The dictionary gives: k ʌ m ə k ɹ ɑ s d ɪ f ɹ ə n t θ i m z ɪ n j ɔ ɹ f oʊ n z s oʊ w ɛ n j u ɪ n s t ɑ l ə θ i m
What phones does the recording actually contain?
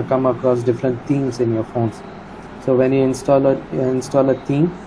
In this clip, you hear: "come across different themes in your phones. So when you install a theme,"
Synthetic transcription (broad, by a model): k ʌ m ə k ɹ ɑ s d ɪ f ɹ ə n t t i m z ɪ n j ɔ ɹ f oʊ n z s oʊ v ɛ n j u ɪ n s t ɑ l ə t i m